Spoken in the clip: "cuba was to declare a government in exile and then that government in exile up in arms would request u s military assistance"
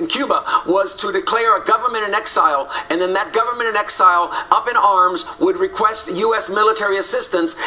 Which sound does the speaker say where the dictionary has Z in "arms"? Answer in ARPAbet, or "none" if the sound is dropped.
Z